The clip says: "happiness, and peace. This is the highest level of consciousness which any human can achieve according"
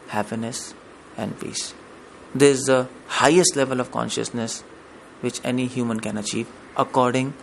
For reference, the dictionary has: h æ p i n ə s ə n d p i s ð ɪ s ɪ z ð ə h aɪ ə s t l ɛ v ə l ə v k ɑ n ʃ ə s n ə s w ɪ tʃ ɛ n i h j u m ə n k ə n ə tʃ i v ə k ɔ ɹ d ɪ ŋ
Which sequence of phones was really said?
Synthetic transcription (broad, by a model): h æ p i n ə s ə n d p i s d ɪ ɪ z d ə h aɪ ə s t l ɛ v ə l ə v k ɑ n ʃ ə s n ə s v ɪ tʃ ɛ n i h j u m ə n k ə n ə tʃ i v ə k ɔ ɹ d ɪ ŋ